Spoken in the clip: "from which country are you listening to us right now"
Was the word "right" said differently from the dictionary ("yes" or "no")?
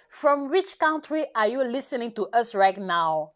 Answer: no